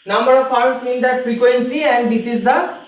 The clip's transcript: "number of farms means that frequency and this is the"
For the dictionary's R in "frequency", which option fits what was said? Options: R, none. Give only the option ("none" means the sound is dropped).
R